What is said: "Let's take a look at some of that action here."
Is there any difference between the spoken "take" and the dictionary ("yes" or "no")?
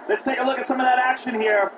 yes